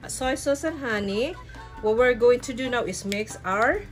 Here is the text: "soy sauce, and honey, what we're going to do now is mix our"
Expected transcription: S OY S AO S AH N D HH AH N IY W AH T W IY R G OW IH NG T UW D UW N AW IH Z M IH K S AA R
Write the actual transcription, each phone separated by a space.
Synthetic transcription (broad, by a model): S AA S AO S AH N HH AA N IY W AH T W IY R G OW IH NG T UW D UW N AW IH S M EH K S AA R